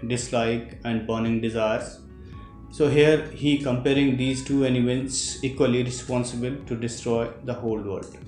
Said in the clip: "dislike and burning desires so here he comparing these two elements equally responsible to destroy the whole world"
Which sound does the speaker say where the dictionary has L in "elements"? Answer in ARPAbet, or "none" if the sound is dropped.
N